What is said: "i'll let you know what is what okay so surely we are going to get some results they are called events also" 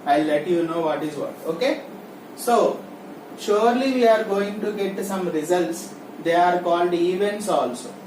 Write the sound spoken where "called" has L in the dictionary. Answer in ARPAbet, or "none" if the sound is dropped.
L